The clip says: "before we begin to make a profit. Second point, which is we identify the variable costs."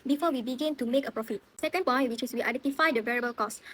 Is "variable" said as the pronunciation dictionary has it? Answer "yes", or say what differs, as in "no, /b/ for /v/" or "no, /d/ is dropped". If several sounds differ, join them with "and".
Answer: yes